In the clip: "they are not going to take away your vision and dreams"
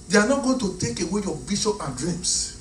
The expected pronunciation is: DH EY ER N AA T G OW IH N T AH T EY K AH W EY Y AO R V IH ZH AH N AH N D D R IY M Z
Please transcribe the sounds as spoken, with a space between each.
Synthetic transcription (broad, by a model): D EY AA N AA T G OW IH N T AH T EY K AH W EY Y AO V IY S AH AH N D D R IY M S